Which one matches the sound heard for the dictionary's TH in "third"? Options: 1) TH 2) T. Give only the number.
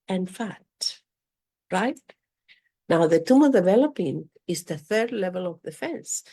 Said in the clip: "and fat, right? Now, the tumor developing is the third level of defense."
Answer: 1